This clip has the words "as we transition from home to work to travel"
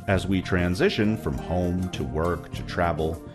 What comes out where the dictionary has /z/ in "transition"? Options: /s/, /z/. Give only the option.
/z/